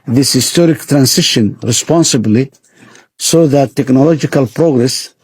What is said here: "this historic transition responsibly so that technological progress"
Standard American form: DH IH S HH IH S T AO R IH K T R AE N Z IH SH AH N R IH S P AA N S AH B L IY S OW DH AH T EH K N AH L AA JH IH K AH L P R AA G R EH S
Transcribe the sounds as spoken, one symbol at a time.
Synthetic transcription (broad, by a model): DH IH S HH IH S T AO R IH K T R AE N S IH SH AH N R IH S P AA N S AH B L IY S OW DH AH T EH K N AH L AA JH IH K AH L P R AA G R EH S